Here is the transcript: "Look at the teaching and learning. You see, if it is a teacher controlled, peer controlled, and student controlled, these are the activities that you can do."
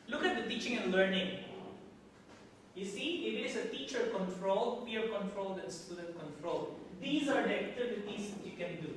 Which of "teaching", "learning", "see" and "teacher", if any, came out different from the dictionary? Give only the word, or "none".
none